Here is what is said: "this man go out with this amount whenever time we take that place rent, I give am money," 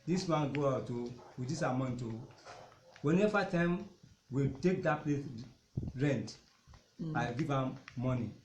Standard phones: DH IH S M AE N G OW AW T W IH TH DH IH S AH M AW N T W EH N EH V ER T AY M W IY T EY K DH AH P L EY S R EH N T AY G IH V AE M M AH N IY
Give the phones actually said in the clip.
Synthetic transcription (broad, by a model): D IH S M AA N G OW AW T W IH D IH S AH M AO N T W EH N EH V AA T AY M W IY T EY K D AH P L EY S R EH N T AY G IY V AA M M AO N IY